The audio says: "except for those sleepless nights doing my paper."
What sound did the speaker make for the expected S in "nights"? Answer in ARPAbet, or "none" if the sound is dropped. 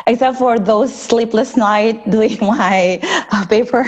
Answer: none